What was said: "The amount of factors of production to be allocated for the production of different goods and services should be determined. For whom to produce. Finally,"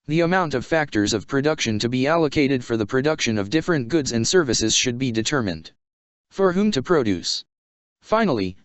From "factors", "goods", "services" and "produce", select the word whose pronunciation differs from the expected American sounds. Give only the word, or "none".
none